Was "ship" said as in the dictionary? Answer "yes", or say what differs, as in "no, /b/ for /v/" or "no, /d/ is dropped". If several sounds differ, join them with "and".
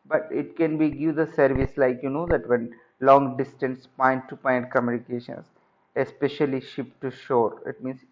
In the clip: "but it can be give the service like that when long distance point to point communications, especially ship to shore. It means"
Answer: yes